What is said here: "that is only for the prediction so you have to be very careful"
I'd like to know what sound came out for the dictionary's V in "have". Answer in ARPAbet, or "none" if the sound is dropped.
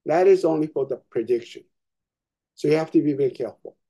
F